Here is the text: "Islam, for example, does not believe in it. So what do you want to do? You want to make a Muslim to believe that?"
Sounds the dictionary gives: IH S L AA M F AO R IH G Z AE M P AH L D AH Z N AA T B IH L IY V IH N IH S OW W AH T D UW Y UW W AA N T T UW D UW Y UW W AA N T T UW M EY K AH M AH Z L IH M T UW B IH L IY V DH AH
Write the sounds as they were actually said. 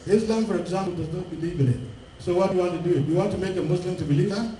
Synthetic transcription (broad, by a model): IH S L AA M F AO R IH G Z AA M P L D AH Z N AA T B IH L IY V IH L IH S OW W AH T Y UW W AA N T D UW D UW Y UW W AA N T T UW M EY K AH M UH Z L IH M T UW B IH L IY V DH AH